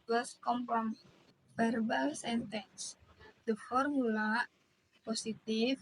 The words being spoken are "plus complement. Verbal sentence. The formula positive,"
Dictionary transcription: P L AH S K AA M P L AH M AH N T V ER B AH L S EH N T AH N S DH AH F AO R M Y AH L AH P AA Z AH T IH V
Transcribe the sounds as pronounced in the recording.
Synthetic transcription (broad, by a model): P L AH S K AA M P AH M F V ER B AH L S EH N T AH N S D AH F AO R M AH L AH P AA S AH T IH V